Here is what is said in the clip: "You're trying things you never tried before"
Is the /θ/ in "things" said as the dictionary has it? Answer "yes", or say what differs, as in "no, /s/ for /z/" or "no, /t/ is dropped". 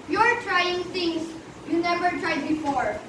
no, /t/ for /θ/